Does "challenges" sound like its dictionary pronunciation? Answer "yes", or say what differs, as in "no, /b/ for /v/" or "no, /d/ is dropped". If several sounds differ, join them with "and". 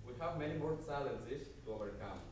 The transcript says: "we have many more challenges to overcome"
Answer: no, /s/ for /tʃ/